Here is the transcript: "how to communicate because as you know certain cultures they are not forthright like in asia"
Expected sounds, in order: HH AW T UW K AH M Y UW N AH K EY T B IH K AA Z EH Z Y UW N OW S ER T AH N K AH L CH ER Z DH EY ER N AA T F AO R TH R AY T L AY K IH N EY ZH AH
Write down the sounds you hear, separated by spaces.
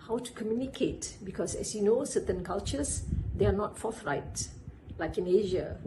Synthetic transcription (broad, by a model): HH AW T UW K AH M Y UW N AH K EY T B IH K AA S EH S Y UW N OW S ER T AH N K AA L CH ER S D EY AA N AA T F AO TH R AY T L AY K IH N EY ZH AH